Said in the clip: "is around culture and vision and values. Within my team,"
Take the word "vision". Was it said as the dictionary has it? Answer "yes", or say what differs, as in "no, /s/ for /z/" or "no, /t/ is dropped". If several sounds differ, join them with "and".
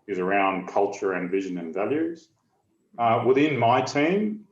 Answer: yes